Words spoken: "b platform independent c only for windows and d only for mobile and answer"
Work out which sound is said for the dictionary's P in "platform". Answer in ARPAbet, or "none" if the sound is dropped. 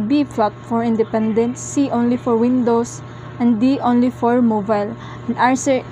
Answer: F